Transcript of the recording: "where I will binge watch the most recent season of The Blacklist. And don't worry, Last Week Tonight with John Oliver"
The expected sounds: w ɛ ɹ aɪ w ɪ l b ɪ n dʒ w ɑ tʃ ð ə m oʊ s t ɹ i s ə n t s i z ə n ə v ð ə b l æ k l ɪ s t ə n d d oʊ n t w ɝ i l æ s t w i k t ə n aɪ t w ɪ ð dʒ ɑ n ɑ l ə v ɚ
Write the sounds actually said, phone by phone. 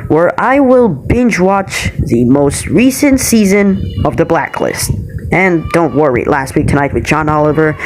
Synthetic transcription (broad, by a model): w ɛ ɹ aɪ w ɪ l b ɪ n dʒ w ɑ tʃ ð ə m oʊ s t ɹ i s ə n t s i z ə n ə v ð ə b l æ k l ɪ s t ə n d d oʊ n t w ɝ i l æ s t w i k t ə n aɪ t w ɪ ð dʒ ɑ n ɑ l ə v ɚ